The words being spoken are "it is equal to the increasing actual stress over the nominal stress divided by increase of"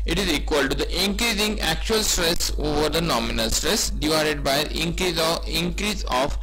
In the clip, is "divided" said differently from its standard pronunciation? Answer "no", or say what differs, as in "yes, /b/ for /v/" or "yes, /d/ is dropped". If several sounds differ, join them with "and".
no